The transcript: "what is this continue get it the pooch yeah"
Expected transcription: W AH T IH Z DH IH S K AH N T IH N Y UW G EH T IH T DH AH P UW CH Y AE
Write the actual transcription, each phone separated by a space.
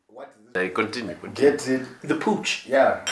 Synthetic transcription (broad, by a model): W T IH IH K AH N T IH N Y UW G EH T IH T DH AH P UW CH Y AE